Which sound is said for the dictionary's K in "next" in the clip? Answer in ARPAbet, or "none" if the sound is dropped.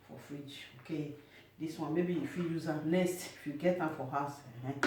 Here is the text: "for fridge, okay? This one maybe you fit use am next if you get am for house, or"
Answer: none